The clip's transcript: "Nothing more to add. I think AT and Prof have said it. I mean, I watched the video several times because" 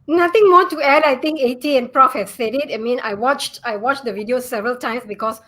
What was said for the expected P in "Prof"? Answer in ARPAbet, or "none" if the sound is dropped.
P